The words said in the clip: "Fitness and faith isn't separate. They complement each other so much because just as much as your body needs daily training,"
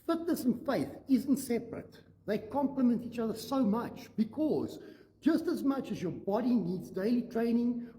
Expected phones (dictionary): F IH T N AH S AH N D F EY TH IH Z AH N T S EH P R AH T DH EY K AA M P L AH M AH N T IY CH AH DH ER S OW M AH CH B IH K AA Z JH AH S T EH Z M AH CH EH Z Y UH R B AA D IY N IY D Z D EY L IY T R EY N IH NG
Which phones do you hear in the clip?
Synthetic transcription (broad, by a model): F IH T N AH S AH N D F EY TH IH Z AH N T S EH P R AH T DH EY K AA M P L AH M AH N T IY CH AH DH ER S OW M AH CH B IH K AA Z JH AH S T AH Z M AH CH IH Z Y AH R B AA D IY N IY D Z D EY L IY T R EY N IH NG